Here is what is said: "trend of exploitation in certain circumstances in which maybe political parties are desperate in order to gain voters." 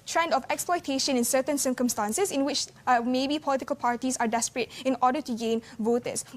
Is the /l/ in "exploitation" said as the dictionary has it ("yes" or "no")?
yes